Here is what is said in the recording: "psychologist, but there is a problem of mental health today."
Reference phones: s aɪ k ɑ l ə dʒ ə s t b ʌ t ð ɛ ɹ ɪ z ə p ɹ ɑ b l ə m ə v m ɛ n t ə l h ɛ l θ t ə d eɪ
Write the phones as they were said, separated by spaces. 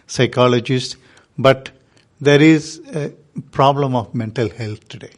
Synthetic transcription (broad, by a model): s aɪ k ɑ l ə dʒ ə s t b ʌ t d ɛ ɹ ɪ z ə p ɹ ɑ b l ə m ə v m ɛ n t ə l h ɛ l t t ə d eɪ